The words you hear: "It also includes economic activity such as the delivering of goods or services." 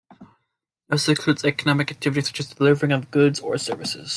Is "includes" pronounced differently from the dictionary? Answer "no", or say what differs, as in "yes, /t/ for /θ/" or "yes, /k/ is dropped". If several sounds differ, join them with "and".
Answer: yes, /n/ is dropped